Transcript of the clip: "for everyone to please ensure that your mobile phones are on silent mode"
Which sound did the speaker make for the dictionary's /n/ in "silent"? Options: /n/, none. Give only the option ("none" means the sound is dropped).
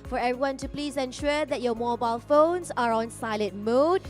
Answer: none